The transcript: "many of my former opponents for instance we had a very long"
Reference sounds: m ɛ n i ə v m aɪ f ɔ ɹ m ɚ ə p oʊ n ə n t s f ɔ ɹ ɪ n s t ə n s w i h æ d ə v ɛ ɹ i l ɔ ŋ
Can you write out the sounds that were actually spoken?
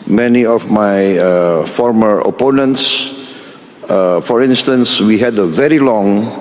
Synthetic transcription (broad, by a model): m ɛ n i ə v m aɪ f ɔ ɹ m ɚ ə p oʊ n ə n t s f ɔ ɹ ɪ n s t ə n s w i h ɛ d ə v ɛ ɹ i l ɔ ŋ